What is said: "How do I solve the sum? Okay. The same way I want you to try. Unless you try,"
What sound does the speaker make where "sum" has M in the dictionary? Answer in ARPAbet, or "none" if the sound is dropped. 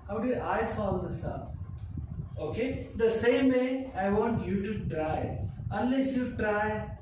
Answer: none